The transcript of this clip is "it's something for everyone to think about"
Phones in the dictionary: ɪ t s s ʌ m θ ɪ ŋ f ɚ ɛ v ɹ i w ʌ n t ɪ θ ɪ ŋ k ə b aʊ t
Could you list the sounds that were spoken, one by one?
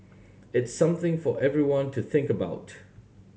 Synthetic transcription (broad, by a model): ɪ t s s ʌ m θ ɪ ŋ f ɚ ɛ v ɹ i w ʌ n t ɪ θ ɪ ŋ k ə b aʊ t